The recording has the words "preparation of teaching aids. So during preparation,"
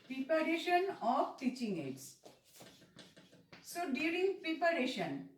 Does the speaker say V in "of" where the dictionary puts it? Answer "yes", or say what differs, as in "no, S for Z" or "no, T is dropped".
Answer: no, B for V